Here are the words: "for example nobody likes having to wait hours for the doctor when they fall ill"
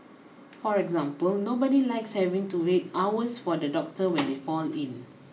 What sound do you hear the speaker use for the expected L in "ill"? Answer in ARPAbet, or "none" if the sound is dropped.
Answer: N